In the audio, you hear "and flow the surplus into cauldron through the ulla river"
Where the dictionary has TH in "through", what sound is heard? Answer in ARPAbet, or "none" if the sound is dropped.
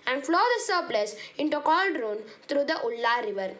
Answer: T